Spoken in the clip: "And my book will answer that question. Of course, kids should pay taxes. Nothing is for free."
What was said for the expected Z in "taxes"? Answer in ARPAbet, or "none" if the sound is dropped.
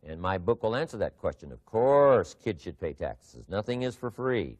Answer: Z